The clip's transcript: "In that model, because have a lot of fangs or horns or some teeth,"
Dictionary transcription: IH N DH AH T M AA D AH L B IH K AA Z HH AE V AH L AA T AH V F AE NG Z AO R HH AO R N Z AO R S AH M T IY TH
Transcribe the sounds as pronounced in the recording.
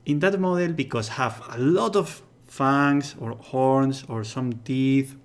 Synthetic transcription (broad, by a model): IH N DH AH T M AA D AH L B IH K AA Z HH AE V AH L AA T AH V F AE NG S AO R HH AO R N S AO R S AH M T IY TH